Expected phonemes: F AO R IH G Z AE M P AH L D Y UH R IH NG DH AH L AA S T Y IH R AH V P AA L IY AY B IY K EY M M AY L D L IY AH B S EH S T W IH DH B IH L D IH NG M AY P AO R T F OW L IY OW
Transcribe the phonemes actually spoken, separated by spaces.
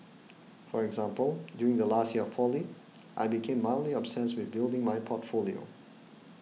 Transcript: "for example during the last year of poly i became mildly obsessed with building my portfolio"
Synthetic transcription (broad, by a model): F AO R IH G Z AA M P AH L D Y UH R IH NG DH AH L AA S T Y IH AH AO P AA L IY AY B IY K EY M M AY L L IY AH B S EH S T W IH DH B IH L D IH NG M AY P AO T F OW L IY OW